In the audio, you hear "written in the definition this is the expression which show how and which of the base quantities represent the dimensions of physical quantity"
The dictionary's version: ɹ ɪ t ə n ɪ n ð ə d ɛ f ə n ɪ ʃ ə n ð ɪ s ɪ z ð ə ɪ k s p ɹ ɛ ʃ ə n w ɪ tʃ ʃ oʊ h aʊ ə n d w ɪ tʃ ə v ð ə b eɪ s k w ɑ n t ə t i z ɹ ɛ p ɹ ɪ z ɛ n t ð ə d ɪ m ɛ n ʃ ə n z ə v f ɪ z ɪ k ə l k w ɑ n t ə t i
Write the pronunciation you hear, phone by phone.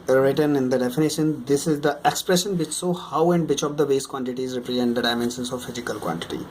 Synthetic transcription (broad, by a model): ɹ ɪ t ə n ɪ n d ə d ɛ f ə n ɪ ʃ ə n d ɪ s ɪ z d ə ɪ k s p ɹ ɛ ʃ ə n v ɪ tʃ s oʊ h aʊ ə n d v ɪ tʃ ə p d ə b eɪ s k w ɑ n t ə t i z ɹ ɛ p ɹ ɪ z ɛ n t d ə d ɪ m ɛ n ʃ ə n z ə v f ɪ z ɪ k ə l k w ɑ n t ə t i